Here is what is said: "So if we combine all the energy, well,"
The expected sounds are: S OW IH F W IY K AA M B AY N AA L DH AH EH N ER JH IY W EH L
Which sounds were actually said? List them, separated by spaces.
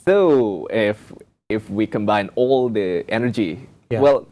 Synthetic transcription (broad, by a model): S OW IH F W IY K AA M B AY N AA L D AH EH N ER JH IY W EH L